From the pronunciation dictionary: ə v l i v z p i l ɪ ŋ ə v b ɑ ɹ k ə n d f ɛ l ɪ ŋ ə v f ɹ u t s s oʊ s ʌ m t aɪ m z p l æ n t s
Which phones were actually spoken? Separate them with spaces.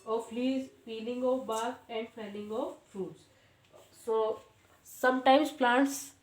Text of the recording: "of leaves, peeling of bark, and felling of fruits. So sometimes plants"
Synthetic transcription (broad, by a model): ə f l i z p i l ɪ ŋ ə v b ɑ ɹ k ə n d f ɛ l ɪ ŋ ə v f ɹ u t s s oʊ s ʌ m t aɪ m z p l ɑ n t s